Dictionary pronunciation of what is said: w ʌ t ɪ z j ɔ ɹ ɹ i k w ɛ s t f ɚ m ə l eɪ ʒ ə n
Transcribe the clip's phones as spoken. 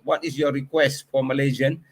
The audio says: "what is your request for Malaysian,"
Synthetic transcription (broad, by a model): w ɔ t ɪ s j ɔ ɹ ɹ i k w ɛ s t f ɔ m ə l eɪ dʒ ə n